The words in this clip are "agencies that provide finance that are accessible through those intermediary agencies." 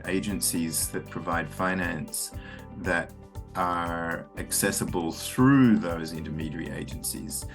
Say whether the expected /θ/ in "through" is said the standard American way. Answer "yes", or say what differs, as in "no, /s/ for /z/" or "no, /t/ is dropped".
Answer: yes